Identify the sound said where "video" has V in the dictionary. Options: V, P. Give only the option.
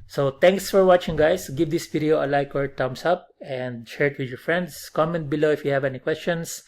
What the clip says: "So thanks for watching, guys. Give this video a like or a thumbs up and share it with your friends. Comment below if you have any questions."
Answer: P